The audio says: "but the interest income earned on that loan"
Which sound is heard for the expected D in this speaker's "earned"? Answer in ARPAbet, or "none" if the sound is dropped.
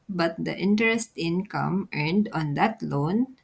D